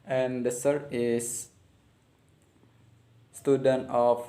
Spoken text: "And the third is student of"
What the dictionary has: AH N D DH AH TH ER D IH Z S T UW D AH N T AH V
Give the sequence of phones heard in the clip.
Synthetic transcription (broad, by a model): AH N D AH S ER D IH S S T UW D AH N T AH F